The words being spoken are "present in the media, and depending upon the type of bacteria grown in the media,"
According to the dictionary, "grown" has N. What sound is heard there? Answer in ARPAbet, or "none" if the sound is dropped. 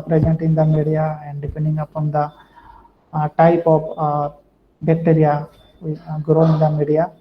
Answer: none